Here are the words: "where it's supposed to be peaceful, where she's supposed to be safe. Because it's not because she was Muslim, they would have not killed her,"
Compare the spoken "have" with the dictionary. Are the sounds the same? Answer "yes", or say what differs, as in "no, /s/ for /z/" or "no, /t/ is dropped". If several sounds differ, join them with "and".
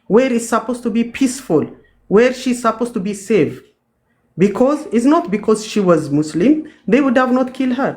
yes